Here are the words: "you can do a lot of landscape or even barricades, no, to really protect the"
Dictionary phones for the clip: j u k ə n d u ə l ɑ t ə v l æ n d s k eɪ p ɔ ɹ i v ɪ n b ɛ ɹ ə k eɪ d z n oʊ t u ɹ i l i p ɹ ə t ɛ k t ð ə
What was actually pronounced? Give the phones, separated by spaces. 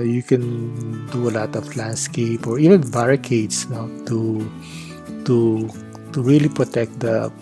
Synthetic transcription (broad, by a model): j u k ə n d u ə l ɑ t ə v l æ n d s k eɪ p ɔ ɹ i v ɪ n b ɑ ɹ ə k eɪ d s n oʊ t u ɹ i l i p ɹ ə t ɛ k t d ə